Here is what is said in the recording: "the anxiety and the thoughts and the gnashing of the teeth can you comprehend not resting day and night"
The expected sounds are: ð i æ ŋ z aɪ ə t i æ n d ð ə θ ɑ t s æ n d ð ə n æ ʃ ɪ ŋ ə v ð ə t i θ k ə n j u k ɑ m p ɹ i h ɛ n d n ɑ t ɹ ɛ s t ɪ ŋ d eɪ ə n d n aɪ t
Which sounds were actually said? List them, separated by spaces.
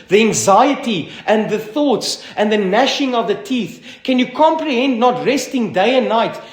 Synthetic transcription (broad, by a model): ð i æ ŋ z aɪ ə t i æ n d ð ə θ ɑ t s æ n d ð ə n æ ʃ ɪ ŋ ə v ð ə t i θ k ə n j u k ɑ m p ɹ i h ɛ n d n ɑ t ɹ ɛ s t ɪ ŋ d eɪ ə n n aɪ t